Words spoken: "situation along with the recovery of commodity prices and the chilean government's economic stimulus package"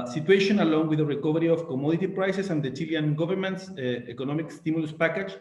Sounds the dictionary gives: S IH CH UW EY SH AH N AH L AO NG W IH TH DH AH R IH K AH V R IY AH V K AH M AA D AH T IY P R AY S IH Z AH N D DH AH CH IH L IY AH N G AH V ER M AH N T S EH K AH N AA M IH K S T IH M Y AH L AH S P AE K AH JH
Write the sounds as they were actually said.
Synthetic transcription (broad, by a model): S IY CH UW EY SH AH N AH L AO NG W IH DH AH R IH K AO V R IY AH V K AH M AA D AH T IY P R AY S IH S AH N D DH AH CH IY L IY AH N G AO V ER M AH N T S EH K AH N AA M IH K S T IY M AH L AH S P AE K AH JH